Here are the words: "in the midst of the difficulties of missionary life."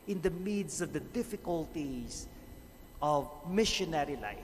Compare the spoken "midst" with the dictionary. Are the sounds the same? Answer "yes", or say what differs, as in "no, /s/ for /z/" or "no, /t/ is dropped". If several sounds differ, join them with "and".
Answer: no, /t/ is dropped